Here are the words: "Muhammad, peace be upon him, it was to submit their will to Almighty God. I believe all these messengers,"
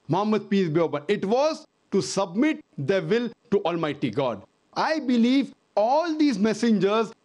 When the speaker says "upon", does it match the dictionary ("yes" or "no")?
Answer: no